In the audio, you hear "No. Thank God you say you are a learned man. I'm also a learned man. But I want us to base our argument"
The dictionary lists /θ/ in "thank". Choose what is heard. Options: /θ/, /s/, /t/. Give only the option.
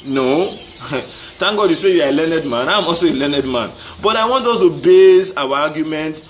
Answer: /t/